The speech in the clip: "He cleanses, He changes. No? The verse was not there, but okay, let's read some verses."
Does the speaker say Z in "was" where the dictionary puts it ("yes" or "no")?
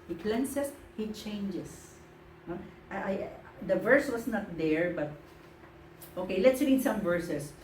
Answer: no